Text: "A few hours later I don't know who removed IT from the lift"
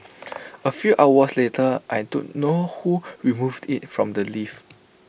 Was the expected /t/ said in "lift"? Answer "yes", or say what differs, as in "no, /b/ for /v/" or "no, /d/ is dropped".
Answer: no, /t/ is dropped